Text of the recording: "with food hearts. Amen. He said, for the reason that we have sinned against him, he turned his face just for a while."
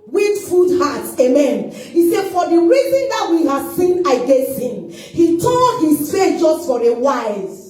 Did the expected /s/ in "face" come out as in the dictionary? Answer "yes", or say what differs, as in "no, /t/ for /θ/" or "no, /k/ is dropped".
no, /s/ is dropped